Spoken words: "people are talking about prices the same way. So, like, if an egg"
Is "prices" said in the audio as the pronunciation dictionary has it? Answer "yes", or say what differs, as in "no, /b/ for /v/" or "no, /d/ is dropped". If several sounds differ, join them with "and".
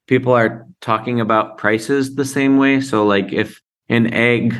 yes